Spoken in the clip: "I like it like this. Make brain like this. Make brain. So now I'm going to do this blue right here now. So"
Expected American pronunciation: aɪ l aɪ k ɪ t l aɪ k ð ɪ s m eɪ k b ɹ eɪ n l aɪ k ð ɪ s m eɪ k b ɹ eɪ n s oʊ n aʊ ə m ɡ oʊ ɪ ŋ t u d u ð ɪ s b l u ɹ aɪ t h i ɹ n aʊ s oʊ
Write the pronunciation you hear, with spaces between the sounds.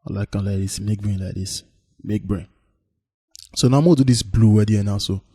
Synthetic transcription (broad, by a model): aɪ l aɪ k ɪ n l aɪ k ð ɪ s m eɪ k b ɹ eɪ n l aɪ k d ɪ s m eɪ k b ɹ eɪ n s oʊ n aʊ ə m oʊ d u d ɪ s b l u w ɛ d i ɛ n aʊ s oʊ